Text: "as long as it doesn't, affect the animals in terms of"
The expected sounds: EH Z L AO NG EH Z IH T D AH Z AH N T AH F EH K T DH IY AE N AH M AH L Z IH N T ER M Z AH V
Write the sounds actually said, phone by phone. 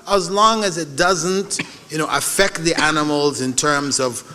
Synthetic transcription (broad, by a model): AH Z L AO NG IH Z IH T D AH Z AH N T AH F EH K T DH IY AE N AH M L Z IH N T ER M Z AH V